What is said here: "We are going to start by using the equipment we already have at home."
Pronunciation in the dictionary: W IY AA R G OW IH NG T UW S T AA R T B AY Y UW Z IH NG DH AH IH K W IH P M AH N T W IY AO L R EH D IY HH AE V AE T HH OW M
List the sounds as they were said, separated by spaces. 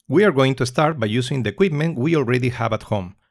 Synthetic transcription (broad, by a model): W IY AA R G OW IH NG T UW S T AA R T B AY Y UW S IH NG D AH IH K W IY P M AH N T W IY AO L R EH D IY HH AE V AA T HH OW M